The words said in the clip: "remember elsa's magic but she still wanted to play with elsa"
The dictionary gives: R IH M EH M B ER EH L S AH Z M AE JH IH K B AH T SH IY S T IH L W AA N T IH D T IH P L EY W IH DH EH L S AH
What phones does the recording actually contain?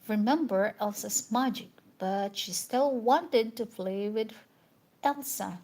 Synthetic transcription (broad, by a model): R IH M EH M B ER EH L S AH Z M AE JH IH K B AH T SH IY S T IH L W AA N T IH D T IH F L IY W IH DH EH L S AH